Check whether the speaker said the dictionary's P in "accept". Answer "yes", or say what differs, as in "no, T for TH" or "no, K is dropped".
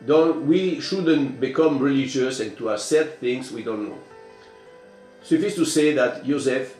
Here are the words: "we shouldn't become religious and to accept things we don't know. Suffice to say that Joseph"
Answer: no, P is dropped